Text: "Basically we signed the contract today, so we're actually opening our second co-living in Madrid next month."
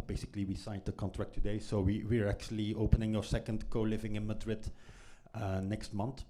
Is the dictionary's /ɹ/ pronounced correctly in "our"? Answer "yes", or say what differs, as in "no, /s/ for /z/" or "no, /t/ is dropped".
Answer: yes